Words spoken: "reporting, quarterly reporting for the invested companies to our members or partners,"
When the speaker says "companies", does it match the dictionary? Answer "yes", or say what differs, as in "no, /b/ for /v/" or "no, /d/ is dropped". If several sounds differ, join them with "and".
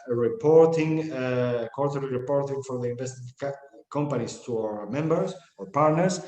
no, /s/ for /z/